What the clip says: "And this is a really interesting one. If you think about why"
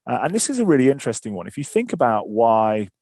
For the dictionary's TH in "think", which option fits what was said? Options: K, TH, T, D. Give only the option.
TH